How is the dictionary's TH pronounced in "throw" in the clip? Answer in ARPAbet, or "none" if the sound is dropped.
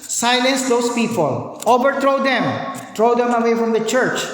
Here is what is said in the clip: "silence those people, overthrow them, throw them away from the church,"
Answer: T